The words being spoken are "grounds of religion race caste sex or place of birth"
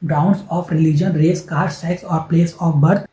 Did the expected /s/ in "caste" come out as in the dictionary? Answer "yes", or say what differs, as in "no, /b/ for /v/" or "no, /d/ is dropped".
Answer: no, /s/ is dropped